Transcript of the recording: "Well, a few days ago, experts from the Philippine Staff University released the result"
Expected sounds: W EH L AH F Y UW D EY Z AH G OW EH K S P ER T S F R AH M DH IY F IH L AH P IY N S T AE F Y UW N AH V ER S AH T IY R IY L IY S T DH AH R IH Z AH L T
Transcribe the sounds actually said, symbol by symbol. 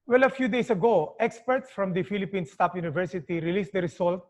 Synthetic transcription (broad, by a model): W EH L AH F Y UW D EY S AH G OW EH K S P ER T S F R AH M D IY F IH L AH P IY N S T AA P Y UW N AH V ER S AH T IY R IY L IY S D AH R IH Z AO L T